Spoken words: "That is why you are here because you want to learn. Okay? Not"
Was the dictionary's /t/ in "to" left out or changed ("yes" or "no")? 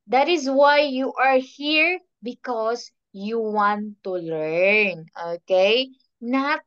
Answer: no